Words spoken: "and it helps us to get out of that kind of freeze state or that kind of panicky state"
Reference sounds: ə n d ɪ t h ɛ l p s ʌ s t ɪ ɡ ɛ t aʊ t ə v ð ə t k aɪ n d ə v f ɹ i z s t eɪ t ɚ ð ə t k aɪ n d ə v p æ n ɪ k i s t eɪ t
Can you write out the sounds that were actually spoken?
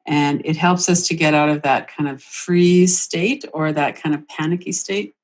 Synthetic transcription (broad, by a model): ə n ɪ t h ɛ l p s ʌ s t ɪ ɡ ɛ t aʊ t ə v ð ə t k aɪ n d ə v f ɹ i s t eɪ t ɚ ð ə t k aɪ n d ə v p æ n ɪ k i s t eɪ t